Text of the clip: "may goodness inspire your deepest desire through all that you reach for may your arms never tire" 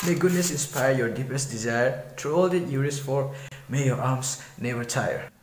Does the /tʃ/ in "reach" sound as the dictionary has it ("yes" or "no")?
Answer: no